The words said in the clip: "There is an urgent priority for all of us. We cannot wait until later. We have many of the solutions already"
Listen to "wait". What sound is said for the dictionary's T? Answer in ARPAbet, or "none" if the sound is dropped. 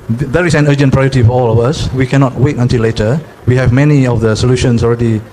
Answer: T